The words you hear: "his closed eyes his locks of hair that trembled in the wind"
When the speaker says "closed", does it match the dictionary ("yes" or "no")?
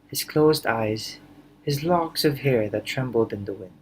yes